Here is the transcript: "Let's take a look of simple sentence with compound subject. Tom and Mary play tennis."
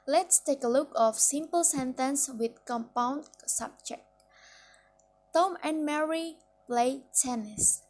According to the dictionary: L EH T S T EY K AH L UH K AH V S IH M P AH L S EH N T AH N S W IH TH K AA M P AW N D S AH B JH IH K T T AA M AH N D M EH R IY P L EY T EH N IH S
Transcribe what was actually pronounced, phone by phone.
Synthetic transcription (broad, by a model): L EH T S T EY K AH L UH K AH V S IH M P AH L S EH N T AH N S W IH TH K AA M P AW N D S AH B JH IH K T T AA M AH N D M EH R IY P L EY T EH N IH S